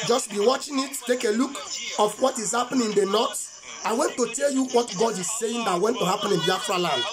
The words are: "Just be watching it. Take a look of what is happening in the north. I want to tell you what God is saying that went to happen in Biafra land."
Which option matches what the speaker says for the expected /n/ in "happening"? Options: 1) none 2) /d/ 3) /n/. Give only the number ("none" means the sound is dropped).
1